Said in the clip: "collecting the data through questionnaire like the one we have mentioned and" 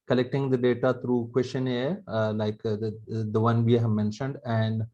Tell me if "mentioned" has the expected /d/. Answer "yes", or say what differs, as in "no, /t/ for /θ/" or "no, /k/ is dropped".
yes